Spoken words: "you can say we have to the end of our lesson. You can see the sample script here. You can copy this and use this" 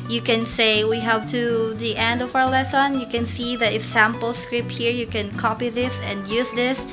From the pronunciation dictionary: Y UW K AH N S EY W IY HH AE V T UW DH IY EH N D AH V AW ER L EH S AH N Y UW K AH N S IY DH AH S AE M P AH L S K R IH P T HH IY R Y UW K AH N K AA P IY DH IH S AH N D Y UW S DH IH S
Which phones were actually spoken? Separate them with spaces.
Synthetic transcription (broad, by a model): Y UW K AH N S EY W IY HH AE V T UW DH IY EH N D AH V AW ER L EH S AH N Y UW K AH N S IY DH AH S AE M P AH L S K R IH P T HH IY R Y UW K AH N K AA P IY DH IH S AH N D Y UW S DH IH S